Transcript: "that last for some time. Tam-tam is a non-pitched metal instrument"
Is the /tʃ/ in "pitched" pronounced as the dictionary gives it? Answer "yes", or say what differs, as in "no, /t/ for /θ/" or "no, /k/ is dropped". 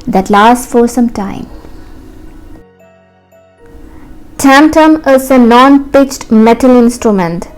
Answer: yes